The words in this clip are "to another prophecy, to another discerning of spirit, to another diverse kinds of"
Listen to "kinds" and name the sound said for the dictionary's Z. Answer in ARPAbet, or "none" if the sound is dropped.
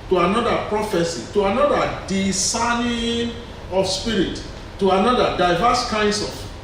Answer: S